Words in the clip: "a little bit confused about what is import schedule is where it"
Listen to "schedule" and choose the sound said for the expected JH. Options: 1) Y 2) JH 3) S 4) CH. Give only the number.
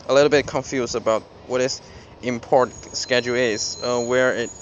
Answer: 2